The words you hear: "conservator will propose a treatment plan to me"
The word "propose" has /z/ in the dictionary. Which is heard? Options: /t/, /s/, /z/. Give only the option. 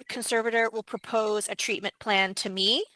/z/